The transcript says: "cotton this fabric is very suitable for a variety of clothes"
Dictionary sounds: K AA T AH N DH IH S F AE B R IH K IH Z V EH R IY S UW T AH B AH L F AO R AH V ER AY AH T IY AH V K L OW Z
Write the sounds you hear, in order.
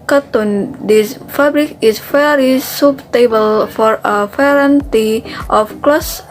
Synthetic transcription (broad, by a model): K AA T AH N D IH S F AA B R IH K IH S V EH R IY S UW T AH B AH L F AO R AH P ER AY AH T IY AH F K L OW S